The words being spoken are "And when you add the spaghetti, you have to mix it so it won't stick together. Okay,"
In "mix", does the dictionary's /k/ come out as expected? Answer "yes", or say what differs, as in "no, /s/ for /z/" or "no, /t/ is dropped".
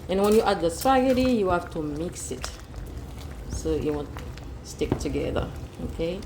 yes